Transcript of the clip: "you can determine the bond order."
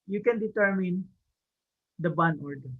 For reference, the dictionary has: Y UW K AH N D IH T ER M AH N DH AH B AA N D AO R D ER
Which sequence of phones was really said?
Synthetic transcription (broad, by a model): Y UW K AH N D IH T ER M AH N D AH B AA N AO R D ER